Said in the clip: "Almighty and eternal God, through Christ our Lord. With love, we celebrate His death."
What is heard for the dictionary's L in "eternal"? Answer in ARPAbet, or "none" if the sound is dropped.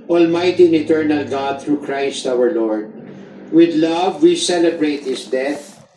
L